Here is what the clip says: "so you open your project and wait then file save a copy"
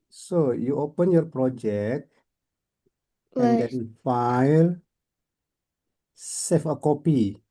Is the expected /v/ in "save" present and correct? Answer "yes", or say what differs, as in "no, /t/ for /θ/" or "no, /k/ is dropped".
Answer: no, /f/ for /v/